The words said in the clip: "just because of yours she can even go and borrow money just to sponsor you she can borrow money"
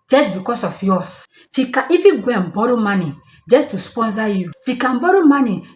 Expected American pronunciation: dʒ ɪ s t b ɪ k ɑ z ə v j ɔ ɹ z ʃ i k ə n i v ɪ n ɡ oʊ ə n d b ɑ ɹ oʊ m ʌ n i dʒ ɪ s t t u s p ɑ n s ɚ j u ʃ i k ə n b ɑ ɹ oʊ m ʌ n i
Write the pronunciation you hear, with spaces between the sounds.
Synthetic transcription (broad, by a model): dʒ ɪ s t b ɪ k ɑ s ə f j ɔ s ʃ i k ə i f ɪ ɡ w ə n b ɑ ɹ oʊ m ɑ n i dʒ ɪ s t t u s p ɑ n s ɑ j u ʃ i k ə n b ɑ ɹ oʊ m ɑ n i